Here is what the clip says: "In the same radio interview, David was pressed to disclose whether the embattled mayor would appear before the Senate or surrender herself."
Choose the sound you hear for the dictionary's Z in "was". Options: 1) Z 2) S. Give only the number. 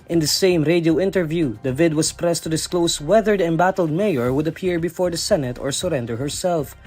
2